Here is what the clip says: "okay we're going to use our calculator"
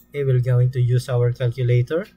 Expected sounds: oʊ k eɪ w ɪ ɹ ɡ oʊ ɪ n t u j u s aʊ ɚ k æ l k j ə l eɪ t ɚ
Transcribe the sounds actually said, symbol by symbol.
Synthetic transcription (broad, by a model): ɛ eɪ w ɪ l ɡ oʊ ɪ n t u j u s aʊ ɚ k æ l k j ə l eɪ t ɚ